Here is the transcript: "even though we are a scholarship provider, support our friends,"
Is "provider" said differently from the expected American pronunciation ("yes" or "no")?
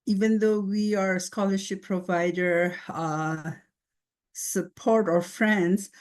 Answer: no